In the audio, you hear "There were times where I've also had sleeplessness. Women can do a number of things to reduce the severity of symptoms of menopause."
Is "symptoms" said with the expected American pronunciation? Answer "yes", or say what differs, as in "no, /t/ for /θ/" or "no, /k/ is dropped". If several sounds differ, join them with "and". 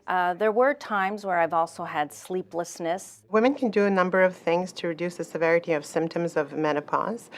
yes